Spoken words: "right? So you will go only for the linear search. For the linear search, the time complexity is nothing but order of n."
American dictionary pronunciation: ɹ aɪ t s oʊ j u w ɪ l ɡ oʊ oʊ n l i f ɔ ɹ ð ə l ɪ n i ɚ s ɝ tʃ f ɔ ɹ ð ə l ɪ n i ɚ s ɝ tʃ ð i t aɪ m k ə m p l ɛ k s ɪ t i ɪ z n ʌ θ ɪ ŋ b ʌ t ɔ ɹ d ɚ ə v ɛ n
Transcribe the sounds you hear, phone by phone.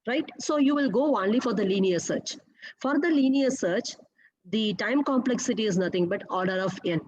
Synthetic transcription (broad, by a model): ɹ aɪ t s oʊ j u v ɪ l ɡ oʊ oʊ n l i f ɔ ɹ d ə l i n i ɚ s ɝ tʃ f ɔ ɹ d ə l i n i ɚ s ɝ tʃ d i t aɪ m k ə m p l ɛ k s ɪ t i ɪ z n ʌ t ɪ ŋ b ʌ t ɔ ɹ d ɚ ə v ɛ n